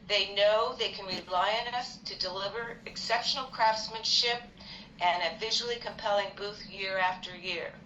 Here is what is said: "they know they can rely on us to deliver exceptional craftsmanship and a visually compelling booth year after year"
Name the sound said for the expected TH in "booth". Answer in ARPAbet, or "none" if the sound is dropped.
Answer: TH